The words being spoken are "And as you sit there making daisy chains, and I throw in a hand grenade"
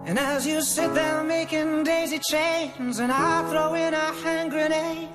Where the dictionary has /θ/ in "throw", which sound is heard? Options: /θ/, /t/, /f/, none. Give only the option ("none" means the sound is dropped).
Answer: /θ/